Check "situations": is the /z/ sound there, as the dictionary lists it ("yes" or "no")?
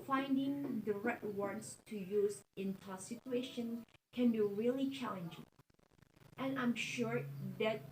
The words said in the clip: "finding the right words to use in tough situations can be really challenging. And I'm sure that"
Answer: no